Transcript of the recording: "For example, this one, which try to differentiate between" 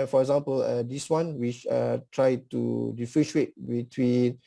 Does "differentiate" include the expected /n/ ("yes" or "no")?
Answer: no